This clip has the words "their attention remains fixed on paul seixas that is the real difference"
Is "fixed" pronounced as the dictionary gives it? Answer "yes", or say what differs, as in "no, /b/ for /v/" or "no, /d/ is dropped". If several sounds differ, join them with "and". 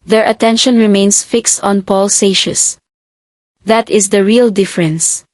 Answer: yes